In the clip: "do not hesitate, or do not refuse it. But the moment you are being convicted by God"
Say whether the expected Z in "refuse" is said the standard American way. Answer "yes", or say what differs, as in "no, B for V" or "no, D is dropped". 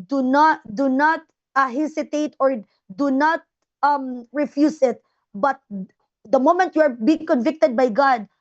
no, S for Z